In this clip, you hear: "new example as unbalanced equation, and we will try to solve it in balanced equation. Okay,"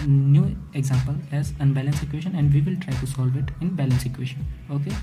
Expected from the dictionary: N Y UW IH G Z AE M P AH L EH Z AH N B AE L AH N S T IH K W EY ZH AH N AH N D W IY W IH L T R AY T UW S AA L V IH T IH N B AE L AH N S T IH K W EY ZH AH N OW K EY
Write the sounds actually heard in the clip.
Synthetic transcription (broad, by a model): N Y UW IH G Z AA M P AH L EH Z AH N B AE L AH N S IH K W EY SH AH N AH N D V IY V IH L T R AY T UW S AA L V IH T IH N B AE L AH N S IH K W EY SH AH N OW K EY